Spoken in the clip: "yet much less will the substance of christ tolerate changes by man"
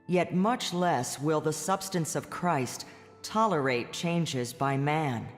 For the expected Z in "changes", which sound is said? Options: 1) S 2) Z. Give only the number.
2